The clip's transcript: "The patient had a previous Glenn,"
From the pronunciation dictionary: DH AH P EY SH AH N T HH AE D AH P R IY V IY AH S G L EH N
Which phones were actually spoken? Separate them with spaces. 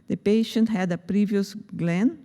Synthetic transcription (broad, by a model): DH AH P EY SH AH N T HH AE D AH P R IY V IY AH S G L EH N